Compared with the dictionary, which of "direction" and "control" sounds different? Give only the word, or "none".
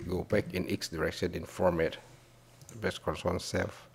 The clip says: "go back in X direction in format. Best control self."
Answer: control